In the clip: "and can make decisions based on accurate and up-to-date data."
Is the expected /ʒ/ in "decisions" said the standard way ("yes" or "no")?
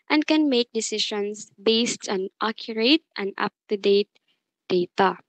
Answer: no